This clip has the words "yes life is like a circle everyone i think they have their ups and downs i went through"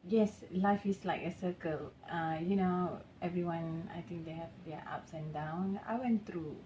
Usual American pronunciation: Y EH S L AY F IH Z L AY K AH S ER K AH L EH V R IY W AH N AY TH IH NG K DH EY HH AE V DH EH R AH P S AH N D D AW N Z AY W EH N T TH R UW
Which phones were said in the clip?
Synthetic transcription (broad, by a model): Y EH S L AY F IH S L AY K AH S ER K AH L EH V R IY W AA N AY T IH NG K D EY HH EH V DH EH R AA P S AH N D D AW N AY W EH N T R UW